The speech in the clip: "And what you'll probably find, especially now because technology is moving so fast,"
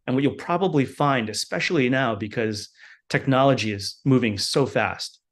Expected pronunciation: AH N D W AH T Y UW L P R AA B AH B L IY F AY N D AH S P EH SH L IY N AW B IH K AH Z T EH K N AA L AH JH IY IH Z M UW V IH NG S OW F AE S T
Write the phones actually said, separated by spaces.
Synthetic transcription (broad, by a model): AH N W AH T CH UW L P R AA B AH B L IY F AY N D AH S P EH SH L IY N AW B IH K AH Z T EH K N AA L AH JH IY IH Z M UW V IH NG S OW F AE S T